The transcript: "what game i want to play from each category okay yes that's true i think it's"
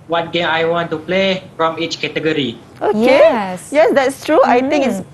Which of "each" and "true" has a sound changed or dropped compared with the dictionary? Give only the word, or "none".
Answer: none